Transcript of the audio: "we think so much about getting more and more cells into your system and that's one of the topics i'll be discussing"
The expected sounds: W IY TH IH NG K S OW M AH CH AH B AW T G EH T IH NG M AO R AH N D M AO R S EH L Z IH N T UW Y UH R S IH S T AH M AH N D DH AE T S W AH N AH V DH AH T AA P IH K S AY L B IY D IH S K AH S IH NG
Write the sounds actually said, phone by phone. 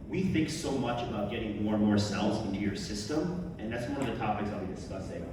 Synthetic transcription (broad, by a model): W IY TH IH NG K S OW M AH CH AH B AW T G EH T IH NG M AO R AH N M AO R S EH L Z IH N T UW Y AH R S IH S T AH M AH N DH AE T S W AH N AH V DH AH T AA P IH K S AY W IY D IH S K AH S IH